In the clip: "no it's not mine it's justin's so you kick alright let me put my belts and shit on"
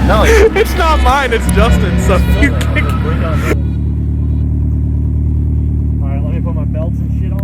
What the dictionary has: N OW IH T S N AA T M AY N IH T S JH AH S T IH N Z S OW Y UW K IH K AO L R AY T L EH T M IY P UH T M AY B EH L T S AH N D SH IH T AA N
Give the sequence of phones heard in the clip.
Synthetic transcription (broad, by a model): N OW IH T S N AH T M AY N IH T S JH AH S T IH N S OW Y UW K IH AO R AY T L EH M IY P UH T M AY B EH L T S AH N SH IH T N